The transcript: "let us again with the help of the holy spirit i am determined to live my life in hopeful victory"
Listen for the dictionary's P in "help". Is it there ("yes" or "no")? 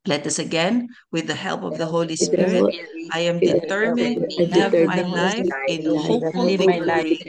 yes